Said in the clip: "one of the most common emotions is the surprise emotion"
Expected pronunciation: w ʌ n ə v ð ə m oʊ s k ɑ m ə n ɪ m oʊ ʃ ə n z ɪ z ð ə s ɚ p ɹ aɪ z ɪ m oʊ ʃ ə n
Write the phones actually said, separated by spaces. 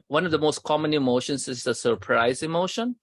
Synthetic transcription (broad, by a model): w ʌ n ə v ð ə m oʊ s k ɑ m ə n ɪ m oʊ ʃ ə n s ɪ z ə s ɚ p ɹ aɪ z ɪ m oʊ ʃ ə n